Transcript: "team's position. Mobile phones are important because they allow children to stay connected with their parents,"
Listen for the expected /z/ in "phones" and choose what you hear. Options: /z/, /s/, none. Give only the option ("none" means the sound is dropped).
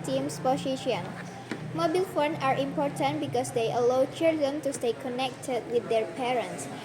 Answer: none